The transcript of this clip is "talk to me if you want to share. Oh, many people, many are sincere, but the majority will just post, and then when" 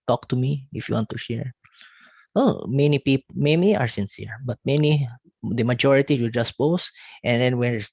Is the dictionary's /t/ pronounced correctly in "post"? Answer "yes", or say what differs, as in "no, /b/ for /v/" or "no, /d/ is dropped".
yes